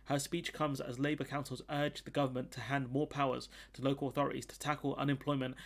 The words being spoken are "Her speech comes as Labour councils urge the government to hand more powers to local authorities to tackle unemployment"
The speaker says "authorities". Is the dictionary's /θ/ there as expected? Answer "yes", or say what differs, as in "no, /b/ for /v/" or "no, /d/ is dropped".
yes